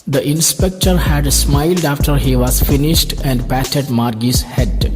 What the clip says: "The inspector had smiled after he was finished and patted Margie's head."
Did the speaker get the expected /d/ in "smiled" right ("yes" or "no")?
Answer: yes